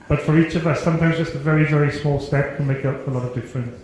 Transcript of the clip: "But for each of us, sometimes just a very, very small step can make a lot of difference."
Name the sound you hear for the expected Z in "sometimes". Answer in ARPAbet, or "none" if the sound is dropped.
Z